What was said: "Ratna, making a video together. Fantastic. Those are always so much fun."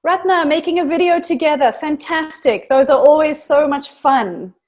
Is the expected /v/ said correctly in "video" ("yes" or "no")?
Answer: yes